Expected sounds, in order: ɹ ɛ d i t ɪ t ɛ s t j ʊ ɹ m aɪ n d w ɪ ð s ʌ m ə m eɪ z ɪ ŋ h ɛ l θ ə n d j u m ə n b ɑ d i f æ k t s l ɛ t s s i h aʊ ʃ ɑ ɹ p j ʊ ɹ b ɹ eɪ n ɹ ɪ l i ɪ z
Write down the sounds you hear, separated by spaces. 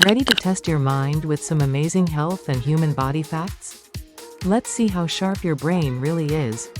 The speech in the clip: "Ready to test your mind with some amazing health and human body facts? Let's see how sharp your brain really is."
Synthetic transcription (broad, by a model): ɹ ɛ d i t ɪ t ɛ s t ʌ ɹ m aɪ n d w ɪ ð s ʌ m ə m eɪ z ɪ ŋ h ɛ l θ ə n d j u m ə n b ɑ d i f æ k t s l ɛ t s s i h aʊ ʃ ɑ ɹ p j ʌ ɹ b ɹ eɪ n ɹ ɪ l i ɪ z